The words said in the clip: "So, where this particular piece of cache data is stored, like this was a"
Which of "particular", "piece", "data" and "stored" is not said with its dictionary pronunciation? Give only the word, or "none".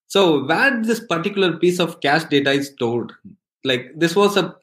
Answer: stored